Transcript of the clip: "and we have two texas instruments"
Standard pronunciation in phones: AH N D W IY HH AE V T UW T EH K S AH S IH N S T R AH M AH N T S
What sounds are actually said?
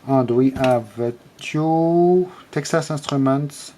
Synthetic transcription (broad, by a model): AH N D W IY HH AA V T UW T EH K S AH S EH S T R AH M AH N T S